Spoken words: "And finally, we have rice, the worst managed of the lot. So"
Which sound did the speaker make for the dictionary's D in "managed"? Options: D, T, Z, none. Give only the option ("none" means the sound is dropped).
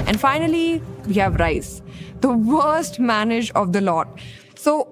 none